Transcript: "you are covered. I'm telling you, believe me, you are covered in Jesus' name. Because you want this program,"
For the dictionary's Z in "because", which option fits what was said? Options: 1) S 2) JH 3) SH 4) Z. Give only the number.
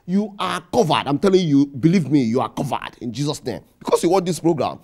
1